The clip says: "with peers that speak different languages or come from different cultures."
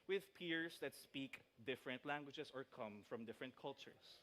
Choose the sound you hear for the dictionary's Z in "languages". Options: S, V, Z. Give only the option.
S